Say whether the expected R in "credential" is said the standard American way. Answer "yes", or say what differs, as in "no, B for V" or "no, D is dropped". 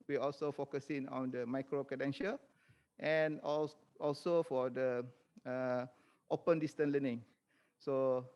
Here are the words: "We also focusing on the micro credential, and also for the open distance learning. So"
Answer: no, R is dropped